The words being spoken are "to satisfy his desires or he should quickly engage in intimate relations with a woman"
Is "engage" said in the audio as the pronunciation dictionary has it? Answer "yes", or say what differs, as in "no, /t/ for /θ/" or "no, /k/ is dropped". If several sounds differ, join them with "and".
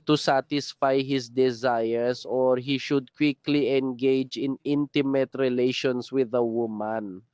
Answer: yes